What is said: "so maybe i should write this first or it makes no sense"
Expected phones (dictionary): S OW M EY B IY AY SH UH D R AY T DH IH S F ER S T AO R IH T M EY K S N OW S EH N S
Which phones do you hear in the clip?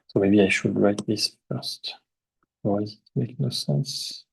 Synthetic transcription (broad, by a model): S OW M EY B IY AY SH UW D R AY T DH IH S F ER S T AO W IH T M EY K N OW S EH N S